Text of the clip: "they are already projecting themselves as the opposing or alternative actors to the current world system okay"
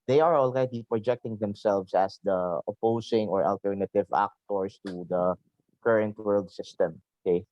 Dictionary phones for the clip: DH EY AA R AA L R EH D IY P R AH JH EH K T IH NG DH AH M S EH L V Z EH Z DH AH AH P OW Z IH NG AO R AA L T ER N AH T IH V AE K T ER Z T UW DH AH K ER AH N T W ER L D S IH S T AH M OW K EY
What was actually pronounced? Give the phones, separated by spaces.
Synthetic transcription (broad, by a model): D EY AA R AA L R EH D IY P R AH JH EH K T IH NG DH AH M S EH L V S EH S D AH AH P OW S IH NG AO R AA L T ER N AH T IH V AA K T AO S T UW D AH K ER AH N T W ER L D S IH S T AH M OW K EY